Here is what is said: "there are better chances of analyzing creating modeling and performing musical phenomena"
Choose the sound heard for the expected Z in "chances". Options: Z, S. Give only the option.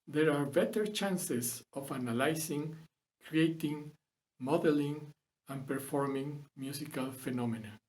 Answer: S